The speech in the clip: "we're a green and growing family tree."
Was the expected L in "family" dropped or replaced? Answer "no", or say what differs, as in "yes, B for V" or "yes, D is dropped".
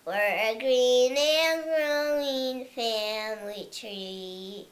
no